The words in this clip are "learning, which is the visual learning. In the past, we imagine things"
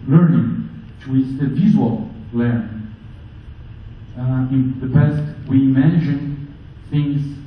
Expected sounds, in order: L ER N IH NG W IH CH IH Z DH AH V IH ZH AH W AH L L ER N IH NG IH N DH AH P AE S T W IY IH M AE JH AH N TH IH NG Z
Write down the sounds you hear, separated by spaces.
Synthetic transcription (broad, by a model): L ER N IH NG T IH IH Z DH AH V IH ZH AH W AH L L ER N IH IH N DH AH B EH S T W IY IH M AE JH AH N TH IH NG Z